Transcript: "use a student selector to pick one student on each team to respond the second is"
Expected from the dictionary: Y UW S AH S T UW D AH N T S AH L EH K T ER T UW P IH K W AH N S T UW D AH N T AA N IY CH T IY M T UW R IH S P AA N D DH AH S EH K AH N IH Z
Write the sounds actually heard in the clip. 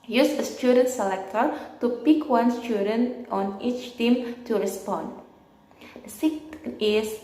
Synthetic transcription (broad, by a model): Y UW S AH S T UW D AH N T S AH L EH K T ER T UW P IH K W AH N S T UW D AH N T AA N IY CH T IY M T UW R IH S P AA N D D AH S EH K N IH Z